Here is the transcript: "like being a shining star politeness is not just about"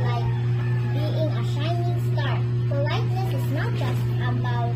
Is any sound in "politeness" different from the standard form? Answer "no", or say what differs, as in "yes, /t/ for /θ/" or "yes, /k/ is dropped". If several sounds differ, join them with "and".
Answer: yes, /l/ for /n/